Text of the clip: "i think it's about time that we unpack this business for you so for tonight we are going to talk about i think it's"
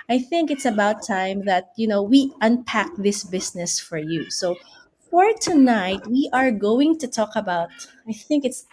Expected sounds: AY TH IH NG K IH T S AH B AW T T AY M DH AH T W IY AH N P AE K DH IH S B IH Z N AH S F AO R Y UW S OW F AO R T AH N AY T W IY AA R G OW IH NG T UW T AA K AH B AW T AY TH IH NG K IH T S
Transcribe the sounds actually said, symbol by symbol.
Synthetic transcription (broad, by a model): AY TH IH NG K IH T S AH B AW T T AY M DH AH T W IY AH N P AE K DH IH S B IH S N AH S F AO R Y UW S OW F AO R T AH N AY T W IY AA R G OW IH NG T UW T AA K AH B AW T AY TH IH NG K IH T S